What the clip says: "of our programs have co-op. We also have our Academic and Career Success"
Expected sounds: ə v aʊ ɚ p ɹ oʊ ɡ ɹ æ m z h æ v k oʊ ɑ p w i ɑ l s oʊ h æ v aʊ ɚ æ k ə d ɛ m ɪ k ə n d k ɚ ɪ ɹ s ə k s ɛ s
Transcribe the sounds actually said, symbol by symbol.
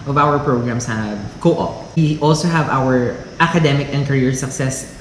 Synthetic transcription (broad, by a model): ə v aʊ ɚ p ɹ oʊ ɡ ɹ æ m s h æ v k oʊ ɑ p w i ɑ l s oʊ h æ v aʊ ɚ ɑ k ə d ɛ m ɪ k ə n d k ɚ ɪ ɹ s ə k s ɛ s